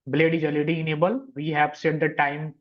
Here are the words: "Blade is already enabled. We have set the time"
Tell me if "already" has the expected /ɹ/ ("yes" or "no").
no